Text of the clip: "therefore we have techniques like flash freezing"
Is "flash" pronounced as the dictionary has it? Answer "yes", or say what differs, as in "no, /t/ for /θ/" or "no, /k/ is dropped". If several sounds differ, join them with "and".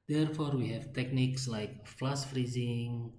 no, /s/ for /ʃ/